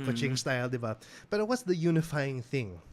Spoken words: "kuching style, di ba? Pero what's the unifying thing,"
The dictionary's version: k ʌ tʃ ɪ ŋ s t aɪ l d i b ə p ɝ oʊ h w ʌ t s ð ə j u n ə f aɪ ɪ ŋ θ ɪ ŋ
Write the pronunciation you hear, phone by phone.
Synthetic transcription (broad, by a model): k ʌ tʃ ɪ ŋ s t aɪ l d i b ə b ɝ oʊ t w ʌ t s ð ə j u n ə f aɪ ɪ ŋ θ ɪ ŋ